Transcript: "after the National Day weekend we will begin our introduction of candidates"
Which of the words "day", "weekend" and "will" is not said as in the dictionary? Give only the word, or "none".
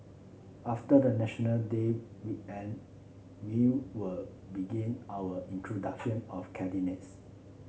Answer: weekend